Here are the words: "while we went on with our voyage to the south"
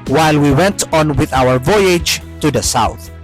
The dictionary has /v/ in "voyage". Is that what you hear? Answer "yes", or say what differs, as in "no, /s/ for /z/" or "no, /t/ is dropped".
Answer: yes